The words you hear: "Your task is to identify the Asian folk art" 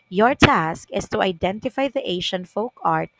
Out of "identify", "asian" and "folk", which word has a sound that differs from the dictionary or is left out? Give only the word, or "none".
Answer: asian